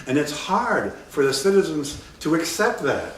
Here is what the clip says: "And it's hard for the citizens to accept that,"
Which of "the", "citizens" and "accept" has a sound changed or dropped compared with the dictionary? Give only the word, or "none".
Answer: none